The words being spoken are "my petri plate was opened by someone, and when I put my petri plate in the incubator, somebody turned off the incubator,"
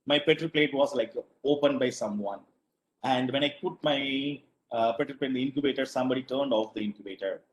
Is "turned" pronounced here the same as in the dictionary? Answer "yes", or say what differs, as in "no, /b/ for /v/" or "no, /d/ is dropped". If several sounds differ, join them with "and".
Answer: yes